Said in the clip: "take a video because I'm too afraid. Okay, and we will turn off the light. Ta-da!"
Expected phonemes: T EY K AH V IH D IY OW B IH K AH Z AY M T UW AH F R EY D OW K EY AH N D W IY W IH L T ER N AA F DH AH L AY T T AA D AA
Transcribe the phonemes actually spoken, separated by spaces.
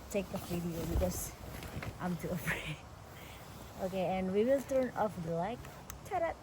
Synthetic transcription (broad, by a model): T EY K AH F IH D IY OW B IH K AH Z AY M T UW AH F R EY OW K EY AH N W IY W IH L T ER N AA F L AY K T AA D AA